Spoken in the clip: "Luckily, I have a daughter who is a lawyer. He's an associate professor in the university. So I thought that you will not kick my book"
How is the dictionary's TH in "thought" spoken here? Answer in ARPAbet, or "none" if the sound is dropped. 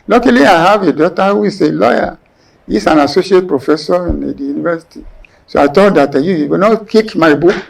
T